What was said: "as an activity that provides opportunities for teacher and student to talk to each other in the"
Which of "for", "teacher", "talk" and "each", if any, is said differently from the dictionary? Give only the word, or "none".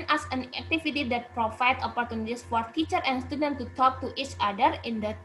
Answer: none